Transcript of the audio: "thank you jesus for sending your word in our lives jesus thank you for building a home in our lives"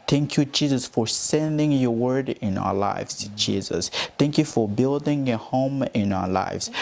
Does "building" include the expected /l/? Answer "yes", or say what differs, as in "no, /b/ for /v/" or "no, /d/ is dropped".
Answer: yes